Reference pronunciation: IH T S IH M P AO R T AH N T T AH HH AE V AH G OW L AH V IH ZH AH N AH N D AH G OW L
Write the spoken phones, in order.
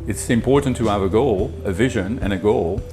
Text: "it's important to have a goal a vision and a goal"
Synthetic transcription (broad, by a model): IH T S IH M P AO R T N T T AH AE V AH G OW L AH V IH ZH AH N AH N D AH G OW L